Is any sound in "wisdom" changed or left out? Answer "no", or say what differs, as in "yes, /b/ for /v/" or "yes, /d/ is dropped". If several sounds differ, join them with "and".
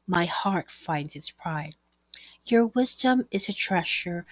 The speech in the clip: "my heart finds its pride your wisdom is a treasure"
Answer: no